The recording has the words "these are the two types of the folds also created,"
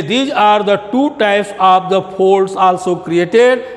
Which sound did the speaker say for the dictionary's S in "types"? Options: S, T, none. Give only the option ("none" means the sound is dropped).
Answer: S